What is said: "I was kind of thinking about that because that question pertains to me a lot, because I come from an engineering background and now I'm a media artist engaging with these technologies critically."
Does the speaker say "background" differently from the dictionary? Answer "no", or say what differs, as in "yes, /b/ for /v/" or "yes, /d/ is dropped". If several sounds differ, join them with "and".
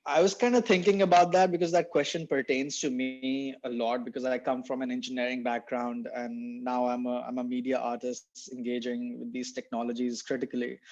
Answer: no